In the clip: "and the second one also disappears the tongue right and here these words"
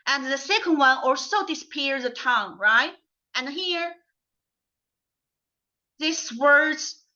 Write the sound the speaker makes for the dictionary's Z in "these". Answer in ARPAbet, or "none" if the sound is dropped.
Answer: S